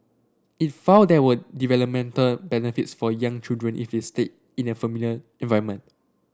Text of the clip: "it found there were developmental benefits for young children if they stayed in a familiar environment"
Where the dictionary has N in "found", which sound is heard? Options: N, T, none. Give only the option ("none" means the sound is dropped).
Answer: none